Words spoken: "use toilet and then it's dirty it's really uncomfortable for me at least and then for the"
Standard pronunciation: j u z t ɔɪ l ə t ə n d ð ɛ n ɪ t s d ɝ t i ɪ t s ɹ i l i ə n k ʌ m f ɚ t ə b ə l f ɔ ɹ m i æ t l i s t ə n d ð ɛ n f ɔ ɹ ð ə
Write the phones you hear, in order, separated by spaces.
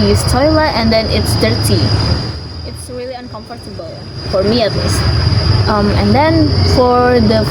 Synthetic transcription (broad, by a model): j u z t ɔɪ l ə t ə n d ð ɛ n ɪ t s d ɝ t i ɪ t s ɹ i l i ə n k ʌ m f ɚ t ə b ə l f ɔ ɹ m i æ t l i s t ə n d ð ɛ n f ɔ ɹ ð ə